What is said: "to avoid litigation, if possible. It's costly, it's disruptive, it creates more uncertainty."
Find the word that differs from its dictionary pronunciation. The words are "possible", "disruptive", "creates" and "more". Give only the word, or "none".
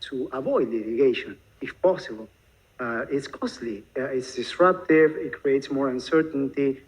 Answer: none